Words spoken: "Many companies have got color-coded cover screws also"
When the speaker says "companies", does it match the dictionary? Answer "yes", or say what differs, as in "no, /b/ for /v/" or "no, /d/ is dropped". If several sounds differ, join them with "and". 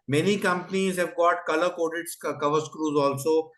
yes